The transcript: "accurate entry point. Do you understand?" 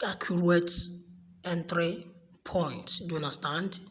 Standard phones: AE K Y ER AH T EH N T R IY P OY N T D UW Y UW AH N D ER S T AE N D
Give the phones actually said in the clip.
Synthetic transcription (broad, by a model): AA K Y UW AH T EH N T R IY P OY N T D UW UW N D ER S T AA N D